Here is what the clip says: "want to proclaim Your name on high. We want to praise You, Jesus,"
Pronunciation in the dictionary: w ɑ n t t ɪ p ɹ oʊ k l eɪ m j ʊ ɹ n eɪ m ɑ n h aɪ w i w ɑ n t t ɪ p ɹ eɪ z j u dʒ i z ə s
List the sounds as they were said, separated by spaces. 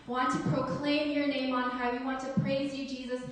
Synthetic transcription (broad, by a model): w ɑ n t t ɪ p ɹ oʊ k l eɪ m j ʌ ɹ n eɪ m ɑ n h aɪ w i w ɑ n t t ɪ p ɹ eɪ z j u dʒ i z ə s